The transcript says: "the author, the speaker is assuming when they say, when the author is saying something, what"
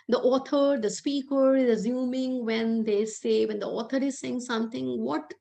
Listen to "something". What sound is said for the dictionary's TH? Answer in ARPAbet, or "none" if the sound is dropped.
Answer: T